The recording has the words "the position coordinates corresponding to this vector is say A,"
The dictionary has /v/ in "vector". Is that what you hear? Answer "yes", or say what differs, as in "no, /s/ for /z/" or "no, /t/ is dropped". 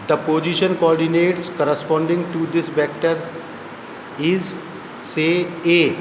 no, /b/ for /v/